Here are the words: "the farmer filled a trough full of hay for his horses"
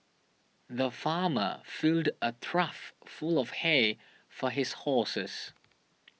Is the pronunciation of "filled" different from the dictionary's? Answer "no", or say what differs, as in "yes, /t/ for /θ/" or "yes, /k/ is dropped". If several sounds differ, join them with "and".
no